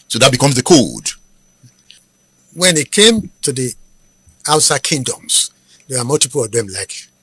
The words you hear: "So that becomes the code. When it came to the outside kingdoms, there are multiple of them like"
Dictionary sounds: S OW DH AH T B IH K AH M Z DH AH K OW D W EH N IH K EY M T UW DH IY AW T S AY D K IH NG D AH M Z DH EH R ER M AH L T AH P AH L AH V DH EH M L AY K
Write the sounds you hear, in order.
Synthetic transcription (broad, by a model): S OW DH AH T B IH K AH M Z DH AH K OW D W EH N IH K EY M T UW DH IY AW T S AY D K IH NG D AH M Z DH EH W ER M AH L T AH P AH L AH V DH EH M L AY K